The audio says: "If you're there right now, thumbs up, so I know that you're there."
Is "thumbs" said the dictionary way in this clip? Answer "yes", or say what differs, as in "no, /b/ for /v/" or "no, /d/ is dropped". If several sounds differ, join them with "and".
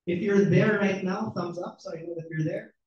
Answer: yes